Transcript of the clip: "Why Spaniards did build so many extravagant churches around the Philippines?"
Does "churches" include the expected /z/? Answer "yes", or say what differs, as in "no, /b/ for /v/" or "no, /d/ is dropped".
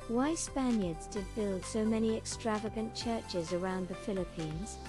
yes